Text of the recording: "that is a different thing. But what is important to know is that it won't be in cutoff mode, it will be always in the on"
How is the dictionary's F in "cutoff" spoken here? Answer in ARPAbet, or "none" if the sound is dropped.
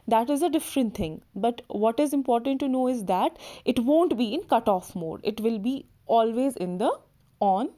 F